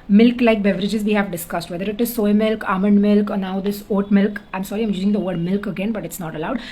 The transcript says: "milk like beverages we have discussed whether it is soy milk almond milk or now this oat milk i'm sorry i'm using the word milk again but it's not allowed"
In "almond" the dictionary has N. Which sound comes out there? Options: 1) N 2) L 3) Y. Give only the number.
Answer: 1